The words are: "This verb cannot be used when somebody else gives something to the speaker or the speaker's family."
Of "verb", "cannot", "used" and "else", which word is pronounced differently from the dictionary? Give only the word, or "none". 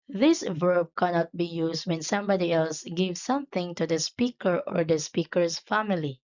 used